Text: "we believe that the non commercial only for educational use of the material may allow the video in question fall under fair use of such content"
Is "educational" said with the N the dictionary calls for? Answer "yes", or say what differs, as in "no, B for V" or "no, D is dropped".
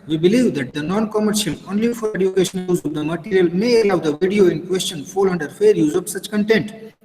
no, N is dropped